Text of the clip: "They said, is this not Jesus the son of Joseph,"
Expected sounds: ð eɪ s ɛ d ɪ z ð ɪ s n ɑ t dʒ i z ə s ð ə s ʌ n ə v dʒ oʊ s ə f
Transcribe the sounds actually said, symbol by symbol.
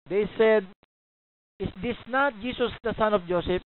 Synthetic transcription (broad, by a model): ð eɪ s ɛ d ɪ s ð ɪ s n ɑ t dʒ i s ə s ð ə s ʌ n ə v dʒ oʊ s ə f